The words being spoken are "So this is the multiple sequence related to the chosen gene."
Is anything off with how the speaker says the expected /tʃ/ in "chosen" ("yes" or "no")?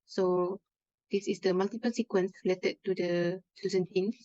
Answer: yes